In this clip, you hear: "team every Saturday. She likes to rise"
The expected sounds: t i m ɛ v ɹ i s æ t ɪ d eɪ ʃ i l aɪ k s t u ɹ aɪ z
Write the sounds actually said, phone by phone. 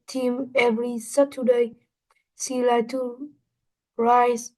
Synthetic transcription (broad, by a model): t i m ɛ v ɹ i s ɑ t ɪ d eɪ s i l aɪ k t u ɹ aɪ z